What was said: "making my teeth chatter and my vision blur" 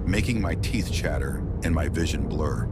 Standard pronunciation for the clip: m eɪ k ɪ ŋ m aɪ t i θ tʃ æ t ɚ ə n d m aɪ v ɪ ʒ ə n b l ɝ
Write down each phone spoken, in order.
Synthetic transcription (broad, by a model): m eɪ k ɪ ŋ m aɪ t i θ tʃ æ t ɚ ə n m aɪ v ɪ ʒ ə n b l ɝ